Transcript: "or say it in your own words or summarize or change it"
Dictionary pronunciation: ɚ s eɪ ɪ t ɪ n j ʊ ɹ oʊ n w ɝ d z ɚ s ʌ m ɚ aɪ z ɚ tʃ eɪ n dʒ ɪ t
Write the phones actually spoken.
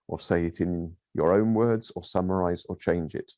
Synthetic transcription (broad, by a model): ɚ s eɪ ɪ t ɪ n j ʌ ɹ oʊ n w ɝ d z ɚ s ʌ m ɚ aɪ z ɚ tʃ eɪ n dʒ ɪ t